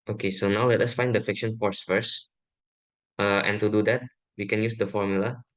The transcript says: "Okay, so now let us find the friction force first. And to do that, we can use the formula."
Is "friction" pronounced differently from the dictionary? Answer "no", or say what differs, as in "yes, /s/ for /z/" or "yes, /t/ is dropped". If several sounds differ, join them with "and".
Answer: yes, /ɹ/ is dropped